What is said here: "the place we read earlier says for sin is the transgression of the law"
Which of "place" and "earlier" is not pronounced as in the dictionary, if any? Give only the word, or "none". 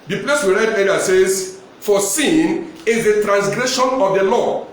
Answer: earlier